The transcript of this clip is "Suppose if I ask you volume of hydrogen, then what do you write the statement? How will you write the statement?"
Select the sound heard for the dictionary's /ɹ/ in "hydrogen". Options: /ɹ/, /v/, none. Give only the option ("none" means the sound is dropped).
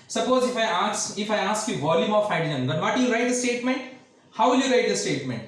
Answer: none